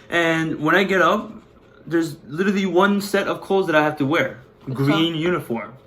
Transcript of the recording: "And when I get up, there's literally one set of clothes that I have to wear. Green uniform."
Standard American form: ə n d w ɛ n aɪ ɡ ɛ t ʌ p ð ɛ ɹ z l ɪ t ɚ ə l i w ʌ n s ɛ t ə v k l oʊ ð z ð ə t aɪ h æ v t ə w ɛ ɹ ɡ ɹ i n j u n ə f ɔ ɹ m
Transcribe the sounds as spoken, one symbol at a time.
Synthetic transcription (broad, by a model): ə n w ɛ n aɪ ɡ ɛ t ʌ p ð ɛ ɹ z l ɪ t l i w ʌ n s ɛ t ə v k oʊ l z ð ə t aɪ h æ f t ə w ɛ ɹ ɡ ɹ i n j u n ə f ɔ ɹ m